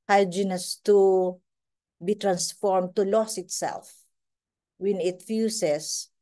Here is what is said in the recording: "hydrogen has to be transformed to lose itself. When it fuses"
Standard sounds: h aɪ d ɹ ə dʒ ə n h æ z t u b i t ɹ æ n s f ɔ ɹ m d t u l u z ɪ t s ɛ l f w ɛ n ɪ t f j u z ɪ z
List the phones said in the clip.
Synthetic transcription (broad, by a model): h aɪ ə dʒ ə n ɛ s t u b i t ɹ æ n s f ɔ ɹ m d t u l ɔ s ɪ t s ɛ l f w ɛ n ɪ t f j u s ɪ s